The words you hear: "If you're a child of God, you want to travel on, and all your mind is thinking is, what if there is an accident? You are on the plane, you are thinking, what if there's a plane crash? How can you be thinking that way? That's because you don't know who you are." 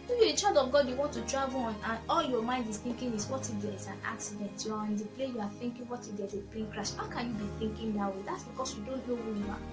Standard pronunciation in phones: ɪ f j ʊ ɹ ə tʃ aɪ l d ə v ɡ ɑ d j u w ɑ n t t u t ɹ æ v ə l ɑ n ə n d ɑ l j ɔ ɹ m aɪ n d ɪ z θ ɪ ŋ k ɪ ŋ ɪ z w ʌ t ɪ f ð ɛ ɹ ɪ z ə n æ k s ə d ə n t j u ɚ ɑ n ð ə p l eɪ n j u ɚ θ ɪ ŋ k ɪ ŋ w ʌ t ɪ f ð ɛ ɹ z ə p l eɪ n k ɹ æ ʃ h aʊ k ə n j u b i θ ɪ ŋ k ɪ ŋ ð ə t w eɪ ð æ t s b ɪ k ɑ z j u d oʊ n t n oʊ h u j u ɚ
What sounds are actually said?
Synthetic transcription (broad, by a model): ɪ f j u ə tʃ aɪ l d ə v ɡ ɑ d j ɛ w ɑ n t t u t ɹ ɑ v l ɑ n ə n ɑ l j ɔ m aɪ n d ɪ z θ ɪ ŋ k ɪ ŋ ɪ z w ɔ t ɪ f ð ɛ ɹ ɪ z ə n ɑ k s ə d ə n t j u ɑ ɑ n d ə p l eɪ j u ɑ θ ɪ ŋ k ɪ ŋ w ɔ t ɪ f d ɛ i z ə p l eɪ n k ɹ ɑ ʃ h aʊ k ə n j u b i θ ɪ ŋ k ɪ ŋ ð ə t w eɪ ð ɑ t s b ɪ k ɑ s j u d oʊ n t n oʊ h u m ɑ